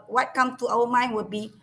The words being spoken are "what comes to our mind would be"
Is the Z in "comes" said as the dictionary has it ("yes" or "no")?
no